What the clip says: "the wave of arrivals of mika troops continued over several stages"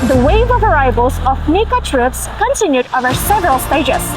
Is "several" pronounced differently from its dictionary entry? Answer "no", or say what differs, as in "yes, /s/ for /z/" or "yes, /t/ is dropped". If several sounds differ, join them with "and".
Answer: no